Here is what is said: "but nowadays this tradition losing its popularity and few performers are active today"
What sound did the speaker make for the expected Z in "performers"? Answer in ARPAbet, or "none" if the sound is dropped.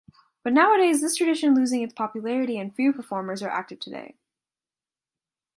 Z